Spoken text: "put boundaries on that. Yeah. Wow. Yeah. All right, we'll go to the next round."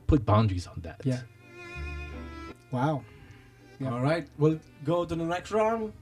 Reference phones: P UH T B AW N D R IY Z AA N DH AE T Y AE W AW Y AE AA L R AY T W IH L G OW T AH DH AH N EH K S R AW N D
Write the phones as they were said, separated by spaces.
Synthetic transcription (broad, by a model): P UH T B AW N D R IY Z N DH AE T Y AE W AW AA L R AY T W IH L G OW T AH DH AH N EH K R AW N